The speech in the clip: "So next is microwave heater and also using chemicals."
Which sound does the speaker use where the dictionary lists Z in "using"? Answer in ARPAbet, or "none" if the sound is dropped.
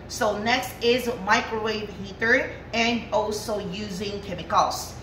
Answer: Z